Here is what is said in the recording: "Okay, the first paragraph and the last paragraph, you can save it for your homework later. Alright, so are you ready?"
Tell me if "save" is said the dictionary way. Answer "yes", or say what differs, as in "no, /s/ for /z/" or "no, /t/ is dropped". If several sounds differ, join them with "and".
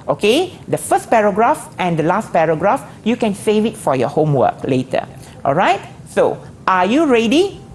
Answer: yes